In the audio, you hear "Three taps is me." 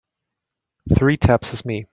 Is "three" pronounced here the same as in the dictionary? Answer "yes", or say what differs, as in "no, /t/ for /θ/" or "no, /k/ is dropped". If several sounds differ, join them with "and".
yes